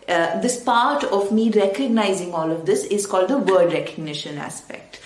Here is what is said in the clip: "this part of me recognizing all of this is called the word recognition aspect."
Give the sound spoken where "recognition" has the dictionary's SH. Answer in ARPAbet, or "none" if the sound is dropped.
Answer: SH